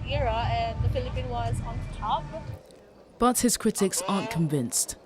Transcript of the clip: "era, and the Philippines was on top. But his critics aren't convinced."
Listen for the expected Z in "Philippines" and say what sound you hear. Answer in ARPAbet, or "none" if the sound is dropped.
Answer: none